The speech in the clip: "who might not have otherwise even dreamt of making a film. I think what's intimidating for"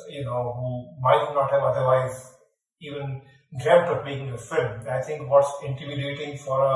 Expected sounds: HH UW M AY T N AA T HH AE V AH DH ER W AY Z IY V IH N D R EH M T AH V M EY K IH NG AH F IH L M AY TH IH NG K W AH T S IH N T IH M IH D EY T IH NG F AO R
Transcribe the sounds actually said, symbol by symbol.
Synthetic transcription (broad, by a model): HH UW M AY T N AA T HH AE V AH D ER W AY Z IY V IH N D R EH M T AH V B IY IH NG AH F IH L M AY T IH NG K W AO T S IH N T IH M IH D EY T IH NG F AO R